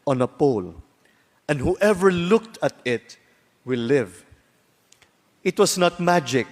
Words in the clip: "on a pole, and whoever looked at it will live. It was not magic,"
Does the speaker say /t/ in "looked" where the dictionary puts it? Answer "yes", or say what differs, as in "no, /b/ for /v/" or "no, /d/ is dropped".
yes